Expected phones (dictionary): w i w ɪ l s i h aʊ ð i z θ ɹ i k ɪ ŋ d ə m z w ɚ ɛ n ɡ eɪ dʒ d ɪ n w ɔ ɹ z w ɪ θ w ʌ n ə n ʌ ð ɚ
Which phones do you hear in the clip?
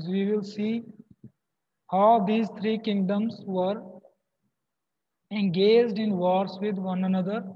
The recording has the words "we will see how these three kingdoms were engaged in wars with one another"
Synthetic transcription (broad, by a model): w i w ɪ l s i h aʊ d i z t ɹ i k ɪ ŋ d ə m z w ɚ ɛ n ɡ eɪ dʒ d ɪ n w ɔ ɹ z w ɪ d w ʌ n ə n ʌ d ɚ